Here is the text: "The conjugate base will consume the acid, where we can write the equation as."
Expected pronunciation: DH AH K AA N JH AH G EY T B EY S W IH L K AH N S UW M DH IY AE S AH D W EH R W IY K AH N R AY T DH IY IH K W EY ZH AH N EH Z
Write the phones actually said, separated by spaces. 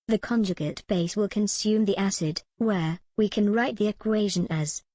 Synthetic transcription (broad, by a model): DH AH K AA N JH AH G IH T B EY S W IH L K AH N S UW M DH IY AE S AH D W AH R W IY K AH N R AY T DH IY IH K W EY ZH AH N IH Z